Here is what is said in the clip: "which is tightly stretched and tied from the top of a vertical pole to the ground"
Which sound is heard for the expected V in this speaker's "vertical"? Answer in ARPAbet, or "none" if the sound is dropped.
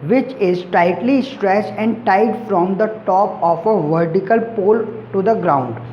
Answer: V